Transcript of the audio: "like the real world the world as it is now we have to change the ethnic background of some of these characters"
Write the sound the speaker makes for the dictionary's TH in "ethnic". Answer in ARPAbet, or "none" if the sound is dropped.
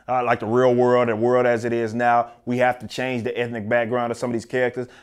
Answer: TH